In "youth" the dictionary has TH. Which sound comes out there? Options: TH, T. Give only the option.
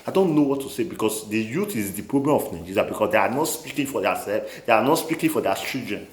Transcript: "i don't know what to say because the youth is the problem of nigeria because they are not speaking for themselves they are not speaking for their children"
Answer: T